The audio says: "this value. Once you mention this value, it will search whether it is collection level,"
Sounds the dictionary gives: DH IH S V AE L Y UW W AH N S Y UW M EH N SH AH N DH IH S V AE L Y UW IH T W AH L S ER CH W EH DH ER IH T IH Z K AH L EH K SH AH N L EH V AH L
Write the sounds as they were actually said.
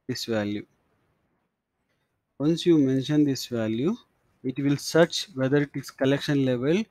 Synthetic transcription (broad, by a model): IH S V AE L Y UW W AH N S Y UW M EH N SH AH N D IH S V AE L Y UW IH T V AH L S ER CH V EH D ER IH T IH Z K AH L EH K SH AH N L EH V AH L